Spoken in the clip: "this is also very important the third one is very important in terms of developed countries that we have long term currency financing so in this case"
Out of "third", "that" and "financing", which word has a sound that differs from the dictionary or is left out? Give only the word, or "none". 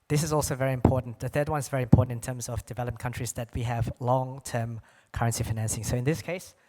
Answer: none